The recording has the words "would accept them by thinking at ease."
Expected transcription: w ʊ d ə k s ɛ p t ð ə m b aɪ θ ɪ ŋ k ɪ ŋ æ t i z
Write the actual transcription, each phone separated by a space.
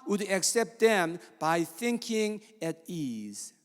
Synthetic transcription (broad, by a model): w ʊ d ə k s ɛ p t ð ə m b aɪ θ ɪ ŋ k ɪ ŋ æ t i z